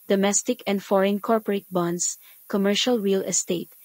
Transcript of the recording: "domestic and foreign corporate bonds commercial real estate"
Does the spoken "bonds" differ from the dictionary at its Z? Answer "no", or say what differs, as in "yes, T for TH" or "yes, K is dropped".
yes, S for Z